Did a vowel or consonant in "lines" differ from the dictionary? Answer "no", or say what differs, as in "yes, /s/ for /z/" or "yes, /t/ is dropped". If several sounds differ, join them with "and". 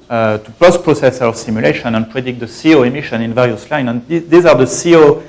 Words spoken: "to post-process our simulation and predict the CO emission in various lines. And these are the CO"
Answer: yes, /z/ is dropped